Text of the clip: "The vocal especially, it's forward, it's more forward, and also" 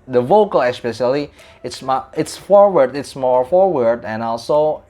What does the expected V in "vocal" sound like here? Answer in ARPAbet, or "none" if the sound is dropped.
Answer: V